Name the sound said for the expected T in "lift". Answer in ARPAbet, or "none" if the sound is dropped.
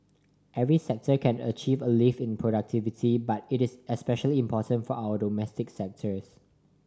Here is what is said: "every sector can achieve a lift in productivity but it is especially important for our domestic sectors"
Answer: none